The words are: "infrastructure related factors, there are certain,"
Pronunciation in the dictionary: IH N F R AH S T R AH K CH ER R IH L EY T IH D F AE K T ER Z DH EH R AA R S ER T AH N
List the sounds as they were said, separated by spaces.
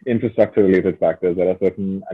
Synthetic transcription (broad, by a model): IH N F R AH S T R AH K CH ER R IH L EY T IH D F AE K T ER Z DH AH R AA L S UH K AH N